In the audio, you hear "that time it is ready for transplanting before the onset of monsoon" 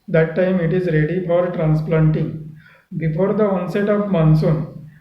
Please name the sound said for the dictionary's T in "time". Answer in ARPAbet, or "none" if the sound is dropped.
T